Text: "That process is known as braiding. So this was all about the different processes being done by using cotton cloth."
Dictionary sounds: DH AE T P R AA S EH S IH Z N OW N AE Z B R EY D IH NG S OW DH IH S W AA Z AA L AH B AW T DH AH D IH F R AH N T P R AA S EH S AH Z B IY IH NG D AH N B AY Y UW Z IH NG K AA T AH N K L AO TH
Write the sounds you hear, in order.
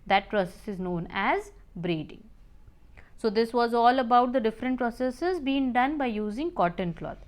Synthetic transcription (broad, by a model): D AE T P R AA S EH S IH Z N OW N AE Z B R EY D IH NG S OW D IH S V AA Z AA L AH B AW T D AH D IH F R AH N T P R AA S EH S AH Z B IY IH NG D AH N B AY Y UW Z IH NG K AA T AH N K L AO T